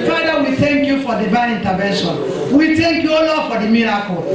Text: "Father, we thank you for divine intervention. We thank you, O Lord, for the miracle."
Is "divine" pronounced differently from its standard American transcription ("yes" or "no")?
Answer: yes